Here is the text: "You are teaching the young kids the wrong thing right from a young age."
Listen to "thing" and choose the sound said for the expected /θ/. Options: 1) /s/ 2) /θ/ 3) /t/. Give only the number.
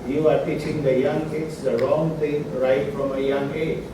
3